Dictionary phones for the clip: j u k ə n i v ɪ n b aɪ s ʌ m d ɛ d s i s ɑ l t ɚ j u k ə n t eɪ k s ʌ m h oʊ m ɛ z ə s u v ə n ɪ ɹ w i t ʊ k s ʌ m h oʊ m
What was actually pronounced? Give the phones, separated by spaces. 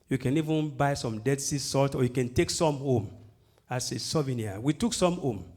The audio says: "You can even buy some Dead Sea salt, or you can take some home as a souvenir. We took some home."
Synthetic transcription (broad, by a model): j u k ə n i v ɪ n b aɪ s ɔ m d ɛ d s i s ɑ l t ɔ j u k ə n t eɪ k s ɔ m h oʊ m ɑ s ə s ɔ v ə n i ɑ w i t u k s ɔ m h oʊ m